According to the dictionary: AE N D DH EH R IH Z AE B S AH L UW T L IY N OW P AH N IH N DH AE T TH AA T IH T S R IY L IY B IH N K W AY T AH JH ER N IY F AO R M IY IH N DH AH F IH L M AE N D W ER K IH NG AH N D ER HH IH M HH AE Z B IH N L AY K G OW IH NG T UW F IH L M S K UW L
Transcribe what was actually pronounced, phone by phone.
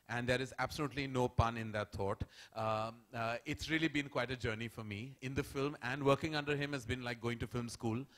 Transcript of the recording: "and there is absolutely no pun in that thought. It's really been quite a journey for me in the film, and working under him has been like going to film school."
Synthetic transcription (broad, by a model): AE N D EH R IH Z AE B S AH L UW T L IY N OW P AH N IH N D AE T T AA T IH T S R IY L IY B IH N K W AY T AH JH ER N IY F AO R M IY IH N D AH F IH L M AE N D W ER K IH NG AH N D ER HH IH M HH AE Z B IH N L AY K G OW IH NG T UW F IH L M S K UW L